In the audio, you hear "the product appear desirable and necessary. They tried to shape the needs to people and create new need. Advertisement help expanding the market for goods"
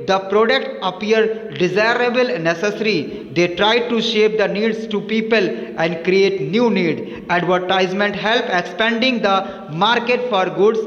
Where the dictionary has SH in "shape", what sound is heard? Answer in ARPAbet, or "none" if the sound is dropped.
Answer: SH